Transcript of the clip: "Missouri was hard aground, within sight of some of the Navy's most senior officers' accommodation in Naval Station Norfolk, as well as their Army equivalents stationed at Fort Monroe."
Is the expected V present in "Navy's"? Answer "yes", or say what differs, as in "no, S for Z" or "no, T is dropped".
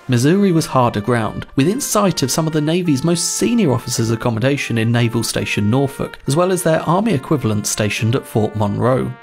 yes